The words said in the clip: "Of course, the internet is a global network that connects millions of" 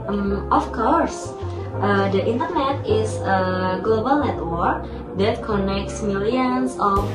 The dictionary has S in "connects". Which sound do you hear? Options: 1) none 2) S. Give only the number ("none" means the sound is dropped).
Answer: 2